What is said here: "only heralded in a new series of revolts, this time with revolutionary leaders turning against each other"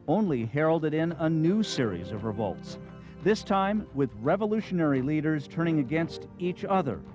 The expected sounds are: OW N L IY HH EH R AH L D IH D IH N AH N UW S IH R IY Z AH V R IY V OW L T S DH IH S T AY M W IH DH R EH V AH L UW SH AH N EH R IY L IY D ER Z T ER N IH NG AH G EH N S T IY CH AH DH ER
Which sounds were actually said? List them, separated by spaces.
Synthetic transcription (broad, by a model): OW N L IY HH EH R L D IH D IH N AH N UW S IH R IY Z AH V R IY V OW L T S DH IH S T AY M W IH DH R EH V AH L UW SH AH N EH R IY L IY D ER Z T ER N IH NG AH G EH N S T IY CH AH DH ER